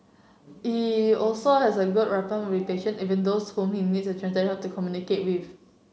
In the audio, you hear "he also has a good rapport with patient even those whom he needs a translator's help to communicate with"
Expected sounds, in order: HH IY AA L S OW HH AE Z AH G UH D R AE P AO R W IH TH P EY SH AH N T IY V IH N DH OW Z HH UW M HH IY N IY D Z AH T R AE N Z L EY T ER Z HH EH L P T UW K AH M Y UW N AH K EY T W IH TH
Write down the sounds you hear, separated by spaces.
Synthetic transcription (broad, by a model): HH IY AA L S OW HH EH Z AH G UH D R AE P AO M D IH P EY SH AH N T IY V IH N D OW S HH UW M HH IY N IY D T AH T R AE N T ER HH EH P T UW K AH M Y UW N AH K EY T W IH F